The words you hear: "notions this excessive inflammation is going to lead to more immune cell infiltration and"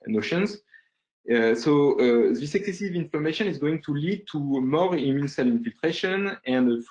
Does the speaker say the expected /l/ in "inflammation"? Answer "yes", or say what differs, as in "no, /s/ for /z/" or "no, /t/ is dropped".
no, /l/ is dropped